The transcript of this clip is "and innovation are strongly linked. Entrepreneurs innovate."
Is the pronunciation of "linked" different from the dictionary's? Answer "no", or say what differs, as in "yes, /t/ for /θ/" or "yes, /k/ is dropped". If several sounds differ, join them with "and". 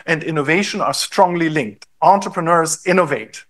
no